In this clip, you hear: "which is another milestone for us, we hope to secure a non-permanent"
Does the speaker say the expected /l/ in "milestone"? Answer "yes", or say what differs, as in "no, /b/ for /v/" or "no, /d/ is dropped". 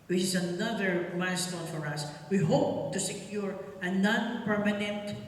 no, /l/ is dropped